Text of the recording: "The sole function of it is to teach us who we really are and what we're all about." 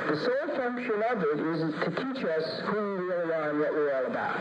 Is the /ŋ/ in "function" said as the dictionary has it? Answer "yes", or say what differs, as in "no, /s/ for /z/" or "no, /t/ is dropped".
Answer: yes